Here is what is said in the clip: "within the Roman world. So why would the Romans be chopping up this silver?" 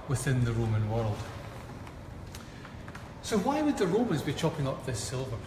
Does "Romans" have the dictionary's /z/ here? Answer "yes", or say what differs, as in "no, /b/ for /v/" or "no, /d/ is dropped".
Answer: yes